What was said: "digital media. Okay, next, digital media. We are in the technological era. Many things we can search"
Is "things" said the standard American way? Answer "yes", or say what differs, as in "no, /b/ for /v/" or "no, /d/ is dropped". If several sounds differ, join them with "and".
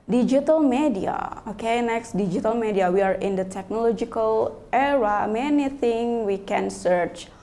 no, /z/ is dropped